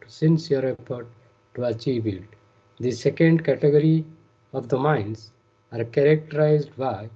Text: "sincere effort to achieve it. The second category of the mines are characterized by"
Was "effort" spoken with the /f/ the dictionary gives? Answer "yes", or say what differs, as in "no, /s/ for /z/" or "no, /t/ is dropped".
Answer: no, /p/ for /f/